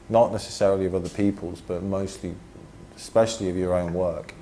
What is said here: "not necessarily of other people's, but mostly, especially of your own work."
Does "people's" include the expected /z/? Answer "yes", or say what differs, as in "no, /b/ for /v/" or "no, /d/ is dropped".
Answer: yes